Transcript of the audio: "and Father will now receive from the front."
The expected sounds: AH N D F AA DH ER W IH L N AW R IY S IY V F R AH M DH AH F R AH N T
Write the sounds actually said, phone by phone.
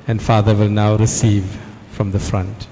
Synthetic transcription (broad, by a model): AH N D F AA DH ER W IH L N AW R IY S IY V F R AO M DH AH F R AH N T